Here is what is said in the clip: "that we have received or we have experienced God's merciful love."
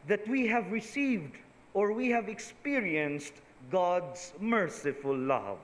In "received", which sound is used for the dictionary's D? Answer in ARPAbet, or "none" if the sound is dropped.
D